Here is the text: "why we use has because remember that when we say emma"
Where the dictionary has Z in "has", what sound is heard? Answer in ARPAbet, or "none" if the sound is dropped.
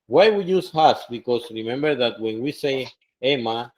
S